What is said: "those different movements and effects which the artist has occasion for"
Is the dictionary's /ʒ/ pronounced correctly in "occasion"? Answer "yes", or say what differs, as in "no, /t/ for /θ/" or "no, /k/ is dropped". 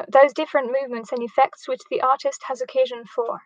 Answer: yes